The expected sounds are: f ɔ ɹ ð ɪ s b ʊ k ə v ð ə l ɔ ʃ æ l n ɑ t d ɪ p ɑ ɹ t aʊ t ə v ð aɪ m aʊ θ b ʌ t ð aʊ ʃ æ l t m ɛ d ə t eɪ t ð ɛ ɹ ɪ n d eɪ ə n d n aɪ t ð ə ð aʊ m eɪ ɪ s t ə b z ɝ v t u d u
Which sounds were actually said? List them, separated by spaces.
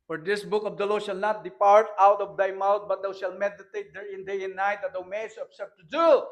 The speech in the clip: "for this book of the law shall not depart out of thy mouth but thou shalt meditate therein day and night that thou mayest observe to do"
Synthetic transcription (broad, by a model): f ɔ ɹ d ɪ s b ʊ k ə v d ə l ɔ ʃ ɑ l n ɑ t d ɪ p ɑ ɹ t aʊ t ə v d aɪ m aʊ t b ʌ t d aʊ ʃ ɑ l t m ɛ d ə t eɪ t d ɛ ɹ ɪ n d eɪ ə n n aɪ t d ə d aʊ m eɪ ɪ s ə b s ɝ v t u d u